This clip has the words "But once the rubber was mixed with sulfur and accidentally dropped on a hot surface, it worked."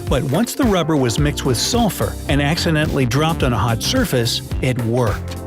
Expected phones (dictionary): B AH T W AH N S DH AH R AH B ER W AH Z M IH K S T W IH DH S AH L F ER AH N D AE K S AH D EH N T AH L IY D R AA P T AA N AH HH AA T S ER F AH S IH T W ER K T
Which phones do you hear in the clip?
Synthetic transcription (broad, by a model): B AH T W AH N S DH AH R AH B ER W AH Z M IH K S T W IH DH S AH L F ER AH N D AE K S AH D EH N T L IY D R AA P T N AH HH AA T S ER F AH S IH T W ER K T